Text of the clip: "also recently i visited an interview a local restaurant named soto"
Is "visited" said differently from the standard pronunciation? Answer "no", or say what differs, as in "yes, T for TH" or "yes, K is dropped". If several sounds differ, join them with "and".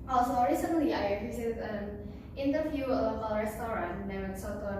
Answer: yes, S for T